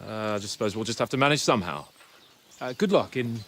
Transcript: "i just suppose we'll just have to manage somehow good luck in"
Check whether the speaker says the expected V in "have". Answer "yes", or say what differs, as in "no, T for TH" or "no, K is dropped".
no, F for V